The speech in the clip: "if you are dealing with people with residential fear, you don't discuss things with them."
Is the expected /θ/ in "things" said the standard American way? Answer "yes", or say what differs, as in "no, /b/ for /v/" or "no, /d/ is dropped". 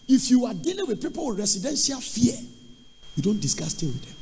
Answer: no, /t/ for /θ/